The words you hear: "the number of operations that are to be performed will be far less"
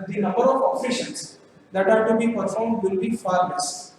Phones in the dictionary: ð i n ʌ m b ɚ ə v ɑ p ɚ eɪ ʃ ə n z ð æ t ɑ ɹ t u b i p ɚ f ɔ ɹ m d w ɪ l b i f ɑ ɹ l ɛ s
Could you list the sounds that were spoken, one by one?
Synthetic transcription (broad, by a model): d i n ʌ m b ɚ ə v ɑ f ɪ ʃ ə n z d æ t ɑ ɹ t u b i p ɚ f ɔ ɹ m d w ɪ l b i f ɑ ɹ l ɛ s